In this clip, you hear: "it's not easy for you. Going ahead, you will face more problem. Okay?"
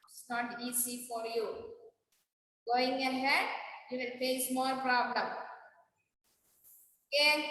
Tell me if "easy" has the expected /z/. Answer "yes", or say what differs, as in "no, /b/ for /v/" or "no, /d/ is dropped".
no, /s/ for /z/